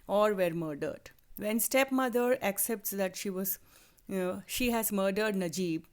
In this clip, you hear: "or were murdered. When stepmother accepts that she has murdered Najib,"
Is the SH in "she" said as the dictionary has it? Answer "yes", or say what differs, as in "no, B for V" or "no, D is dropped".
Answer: yes